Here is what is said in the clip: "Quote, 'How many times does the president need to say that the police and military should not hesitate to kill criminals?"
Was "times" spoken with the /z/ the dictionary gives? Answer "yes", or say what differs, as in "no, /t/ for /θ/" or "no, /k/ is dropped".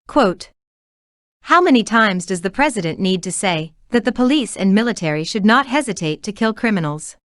yes